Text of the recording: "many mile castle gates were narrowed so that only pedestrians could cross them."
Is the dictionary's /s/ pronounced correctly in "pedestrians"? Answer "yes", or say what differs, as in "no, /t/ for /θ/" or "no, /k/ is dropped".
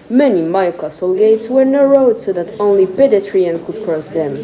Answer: no, /s/ is dropped